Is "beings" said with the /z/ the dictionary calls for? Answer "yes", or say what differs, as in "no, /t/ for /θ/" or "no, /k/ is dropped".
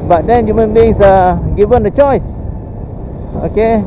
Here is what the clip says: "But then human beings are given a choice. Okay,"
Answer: no, /s/ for /z/